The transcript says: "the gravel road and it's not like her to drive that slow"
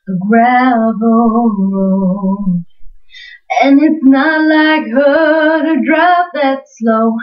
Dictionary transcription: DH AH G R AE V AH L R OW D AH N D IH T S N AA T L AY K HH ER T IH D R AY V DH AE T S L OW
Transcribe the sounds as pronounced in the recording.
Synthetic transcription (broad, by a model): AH G R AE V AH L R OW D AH N IH T S N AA T L AY K HH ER T IH D R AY P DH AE T S L OW